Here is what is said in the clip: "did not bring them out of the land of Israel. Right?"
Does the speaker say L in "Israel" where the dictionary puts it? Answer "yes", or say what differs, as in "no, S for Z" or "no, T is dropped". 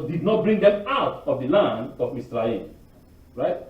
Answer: no, N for L